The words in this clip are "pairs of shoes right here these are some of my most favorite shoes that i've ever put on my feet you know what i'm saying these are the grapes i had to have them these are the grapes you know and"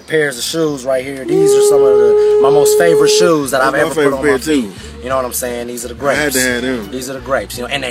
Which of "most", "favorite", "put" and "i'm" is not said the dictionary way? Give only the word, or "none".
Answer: put